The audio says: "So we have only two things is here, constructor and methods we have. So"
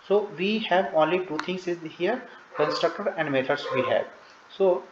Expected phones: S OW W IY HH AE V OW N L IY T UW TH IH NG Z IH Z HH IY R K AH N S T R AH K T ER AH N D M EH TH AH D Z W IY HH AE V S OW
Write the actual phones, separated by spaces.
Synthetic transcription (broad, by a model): S OW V IY HH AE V OW N L IY T UW T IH NG S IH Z HH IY R K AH N S T R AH K T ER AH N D M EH T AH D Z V IY HH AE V S OW